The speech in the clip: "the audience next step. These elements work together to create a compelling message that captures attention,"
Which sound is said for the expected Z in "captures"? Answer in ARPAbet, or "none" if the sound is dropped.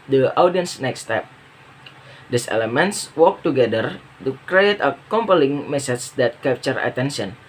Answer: none